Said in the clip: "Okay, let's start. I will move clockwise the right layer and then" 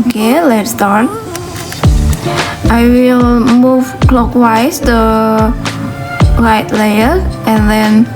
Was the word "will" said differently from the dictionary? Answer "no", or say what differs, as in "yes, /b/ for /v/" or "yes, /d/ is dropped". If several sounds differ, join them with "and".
no